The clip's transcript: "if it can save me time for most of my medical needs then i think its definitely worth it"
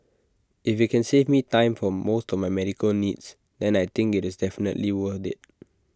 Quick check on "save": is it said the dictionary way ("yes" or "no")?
yes